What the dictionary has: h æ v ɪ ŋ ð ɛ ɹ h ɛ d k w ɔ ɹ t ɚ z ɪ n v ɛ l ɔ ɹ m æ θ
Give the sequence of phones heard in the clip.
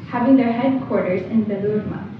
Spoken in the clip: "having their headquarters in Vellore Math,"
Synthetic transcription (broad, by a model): h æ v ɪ ŋ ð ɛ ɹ h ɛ d k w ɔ ɹ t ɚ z ɪ n b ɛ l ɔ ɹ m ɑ